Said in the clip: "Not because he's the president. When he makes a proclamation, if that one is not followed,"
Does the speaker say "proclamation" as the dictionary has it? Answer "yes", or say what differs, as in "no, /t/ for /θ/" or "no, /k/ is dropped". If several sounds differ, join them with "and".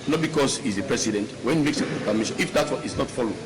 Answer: no, /l/ is dropped